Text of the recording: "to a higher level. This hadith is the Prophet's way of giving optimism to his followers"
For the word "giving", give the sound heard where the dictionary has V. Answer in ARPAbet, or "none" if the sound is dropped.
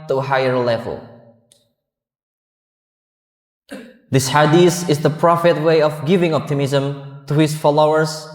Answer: V